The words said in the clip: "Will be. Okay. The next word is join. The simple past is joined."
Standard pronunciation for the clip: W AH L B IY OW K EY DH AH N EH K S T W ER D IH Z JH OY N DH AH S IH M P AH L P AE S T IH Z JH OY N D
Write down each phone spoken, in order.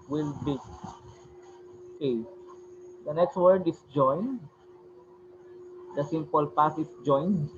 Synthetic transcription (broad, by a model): W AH L B IY OW K EY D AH N EH K S T W ER D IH S JH OY N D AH S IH M P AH L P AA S IH S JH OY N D